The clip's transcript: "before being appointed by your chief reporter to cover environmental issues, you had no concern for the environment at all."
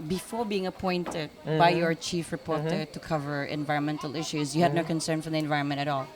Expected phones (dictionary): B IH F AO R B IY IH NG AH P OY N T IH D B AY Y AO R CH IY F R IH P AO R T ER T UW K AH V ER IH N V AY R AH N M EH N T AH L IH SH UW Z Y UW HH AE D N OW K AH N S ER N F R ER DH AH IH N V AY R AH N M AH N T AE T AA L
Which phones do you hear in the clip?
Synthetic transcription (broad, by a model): B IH F AO R B IY IH NG AH P OY N T IH D B AY Y AO R CH IY F R IH P AO R T ER T UW K AH V ER IH N V AY R AH N M EH N T AH L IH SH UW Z Y UW HH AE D N OW K AH N S ER N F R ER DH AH IH N V AY R AH N M AH N T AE T AA L